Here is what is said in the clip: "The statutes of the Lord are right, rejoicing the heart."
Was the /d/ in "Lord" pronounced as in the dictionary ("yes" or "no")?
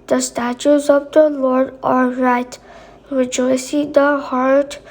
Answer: yes